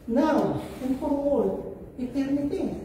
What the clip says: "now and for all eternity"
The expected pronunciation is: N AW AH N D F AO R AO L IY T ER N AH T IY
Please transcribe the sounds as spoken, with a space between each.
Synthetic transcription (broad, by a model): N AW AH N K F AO W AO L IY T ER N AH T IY